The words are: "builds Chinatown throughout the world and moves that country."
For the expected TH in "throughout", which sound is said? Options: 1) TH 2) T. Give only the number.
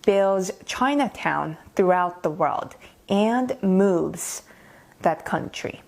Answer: 1